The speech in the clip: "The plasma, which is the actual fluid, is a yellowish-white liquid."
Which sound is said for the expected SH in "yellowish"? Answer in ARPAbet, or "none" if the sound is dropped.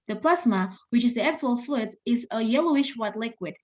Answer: SH